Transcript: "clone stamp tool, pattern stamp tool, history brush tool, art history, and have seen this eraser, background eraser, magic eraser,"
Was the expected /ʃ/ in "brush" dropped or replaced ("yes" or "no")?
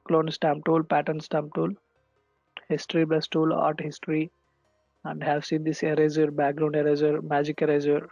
yes